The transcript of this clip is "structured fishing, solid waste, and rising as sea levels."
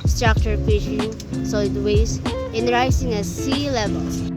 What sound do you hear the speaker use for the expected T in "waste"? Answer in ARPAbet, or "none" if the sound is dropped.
none